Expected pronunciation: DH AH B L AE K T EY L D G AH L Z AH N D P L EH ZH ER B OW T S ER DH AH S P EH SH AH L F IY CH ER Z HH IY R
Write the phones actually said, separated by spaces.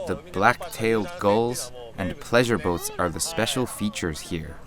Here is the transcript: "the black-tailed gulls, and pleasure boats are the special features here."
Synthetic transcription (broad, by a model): DH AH B L AE K T EY L D G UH L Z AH N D P L EH ZH ER B OW T S ER DH AH S P EH SH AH L F IY CH ER Z HH IY R